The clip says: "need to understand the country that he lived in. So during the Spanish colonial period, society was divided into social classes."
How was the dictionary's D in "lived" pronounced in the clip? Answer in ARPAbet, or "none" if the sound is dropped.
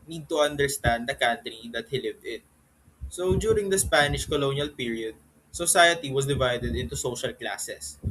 D